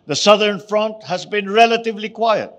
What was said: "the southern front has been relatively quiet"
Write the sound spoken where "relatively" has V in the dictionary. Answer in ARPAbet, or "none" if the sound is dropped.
V